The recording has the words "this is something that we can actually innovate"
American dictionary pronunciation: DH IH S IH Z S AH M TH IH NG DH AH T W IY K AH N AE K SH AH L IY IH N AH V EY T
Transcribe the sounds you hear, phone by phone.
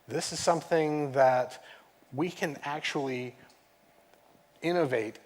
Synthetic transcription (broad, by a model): DH IH S IH Z S AH M TH IH NG DH AH T W IY K AH N AE K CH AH L IY IH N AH V EY T